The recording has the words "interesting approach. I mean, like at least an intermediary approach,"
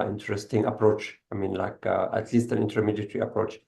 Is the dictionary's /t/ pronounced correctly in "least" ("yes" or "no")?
yes